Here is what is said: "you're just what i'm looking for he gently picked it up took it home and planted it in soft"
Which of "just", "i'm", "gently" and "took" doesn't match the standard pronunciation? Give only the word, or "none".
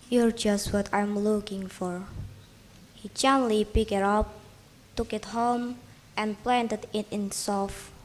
gently